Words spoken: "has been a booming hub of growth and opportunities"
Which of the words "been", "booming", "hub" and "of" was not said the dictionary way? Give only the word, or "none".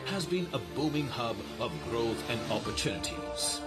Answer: none